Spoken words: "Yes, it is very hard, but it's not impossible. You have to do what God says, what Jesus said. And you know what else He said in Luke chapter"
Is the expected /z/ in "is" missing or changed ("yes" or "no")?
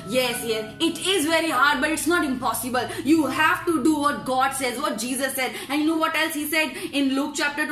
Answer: no